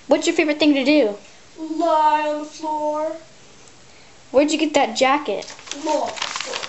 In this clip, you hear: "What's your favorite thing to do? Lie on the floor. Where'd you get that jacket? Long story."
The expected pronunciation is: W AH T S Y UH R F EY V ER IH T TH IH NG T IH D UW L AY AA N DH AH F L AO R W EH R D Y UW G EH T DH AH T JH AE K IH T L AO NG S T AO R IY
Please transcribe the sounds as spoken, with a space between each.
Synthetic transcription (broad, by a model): W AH T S Y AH R F EY V ER IH T TH IH NG T IH D UW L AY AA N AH F L AO R W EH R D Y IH G EH T DH AH T JH AE K IH T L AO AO